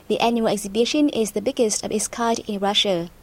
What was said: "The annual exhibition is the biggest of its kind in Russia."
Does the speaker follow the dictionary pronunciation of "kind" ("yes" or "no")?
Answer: no